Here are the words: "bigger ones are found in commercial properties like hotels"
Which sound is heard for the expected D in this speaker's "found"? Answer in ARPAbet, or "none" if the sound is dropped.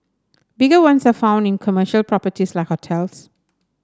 D